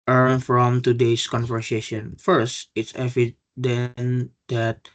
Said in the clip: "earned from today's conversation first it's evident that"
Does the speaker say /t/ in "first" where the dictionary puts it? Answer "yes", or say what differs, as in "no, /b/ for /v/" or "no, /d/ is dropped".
yes